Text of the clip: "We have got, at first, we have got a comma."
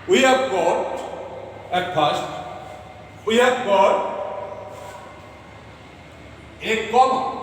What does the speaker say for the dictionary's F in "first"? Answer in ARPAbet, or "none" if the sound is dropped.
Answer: P